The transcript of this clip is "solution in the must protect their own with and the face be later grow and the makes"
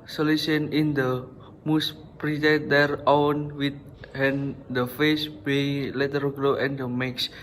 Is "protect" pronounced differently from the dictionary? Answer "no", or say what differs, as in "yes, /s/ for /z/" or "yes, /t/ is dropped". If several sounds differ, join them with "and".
yes, /k/ is dropped